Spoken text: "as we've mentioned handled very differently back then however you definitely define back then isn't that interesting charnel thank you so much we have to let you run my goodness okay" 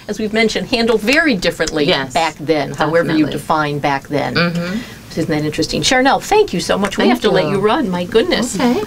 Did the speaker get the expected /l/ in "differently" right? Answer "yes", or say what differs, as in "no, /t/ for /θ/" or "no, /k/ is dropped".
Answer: yes